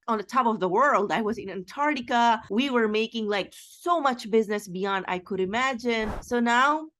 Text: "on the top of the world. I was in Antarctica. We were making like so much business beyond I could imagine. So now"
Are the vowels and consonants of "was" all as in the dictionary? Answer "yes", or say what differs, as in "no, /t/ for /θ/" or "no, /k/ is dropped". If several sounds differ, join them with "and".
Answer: yes